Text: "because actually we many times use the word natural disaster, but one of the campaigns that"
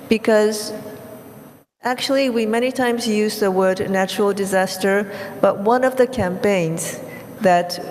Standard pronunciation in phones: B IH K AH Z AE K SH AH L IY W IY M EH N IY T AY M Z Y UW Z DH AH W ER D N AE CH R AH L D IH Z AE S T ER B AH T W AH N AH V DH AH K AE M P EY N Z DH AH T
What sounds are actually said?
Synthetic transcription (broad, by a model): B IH K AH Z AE K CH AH L IY W IY M EH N IY T AY M Z Y UW Z DH AH W ER D N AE CH R L D IH Z AE S T ER B AH T W AH N AH V DH AH K AE M P EY N Z DH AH T